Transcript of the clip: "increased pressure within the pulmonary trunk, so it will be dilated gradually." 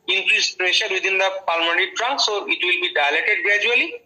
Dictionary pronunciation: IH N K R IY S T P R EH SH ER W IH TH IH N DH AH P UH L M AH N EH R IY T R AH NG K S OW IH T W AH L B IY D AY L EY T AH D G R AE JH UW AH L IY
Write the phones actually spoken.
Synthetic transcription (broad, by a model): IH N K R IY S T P R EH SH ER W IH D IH N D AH P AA L M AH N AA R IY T R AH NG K S OW IH T W AH L B IY D AY L EY T AH D G R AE JH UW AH L IY